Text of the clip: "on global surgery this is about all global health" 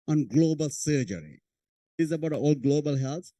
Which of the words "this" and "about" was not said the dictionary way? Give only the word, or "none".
this